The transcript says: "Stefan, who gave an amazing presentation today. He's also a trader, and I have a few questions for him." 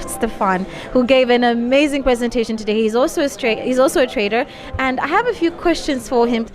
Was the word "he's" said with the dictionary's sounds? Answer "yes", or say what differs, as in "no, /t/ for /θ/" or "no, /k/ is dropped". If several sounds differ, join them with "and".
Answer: yes